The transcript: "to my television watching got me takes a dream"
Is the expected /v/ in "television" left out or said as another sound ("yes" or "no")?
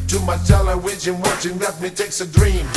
yes